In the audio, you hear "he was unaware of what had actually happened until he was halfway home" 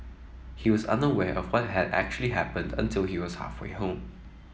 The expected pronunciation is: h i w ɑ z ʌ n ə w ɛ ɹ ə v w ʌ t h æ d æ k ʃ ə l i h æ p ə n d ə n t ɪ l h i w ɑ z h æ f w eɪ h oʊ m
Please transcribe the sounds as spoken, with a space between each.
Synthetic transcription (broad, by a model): h i w ɑ z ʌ n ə w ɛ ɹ ə v w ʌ t h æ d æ k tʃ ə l i h æ p ə n d ə n t ɪ l h i w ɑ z h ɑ f w eɪ h oʊ m